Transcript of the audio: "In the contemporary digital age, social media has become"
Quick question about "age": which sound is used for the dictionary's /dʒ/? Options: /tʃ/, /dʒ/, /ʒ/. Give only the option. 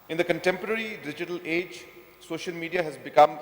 /dʒ/